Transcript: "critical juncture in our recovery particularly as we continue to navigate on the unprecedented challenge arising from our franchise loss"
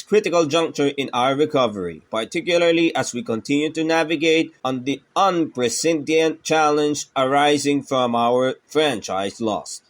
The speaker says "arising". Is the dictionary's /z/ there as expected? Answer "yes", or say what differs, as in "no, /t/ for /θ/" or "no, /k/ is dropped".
yes